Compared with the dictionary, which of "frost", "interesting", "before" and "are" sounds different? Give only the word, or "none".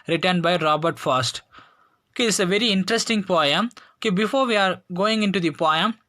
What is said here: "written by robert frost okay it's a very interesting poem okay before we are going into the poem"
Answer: frost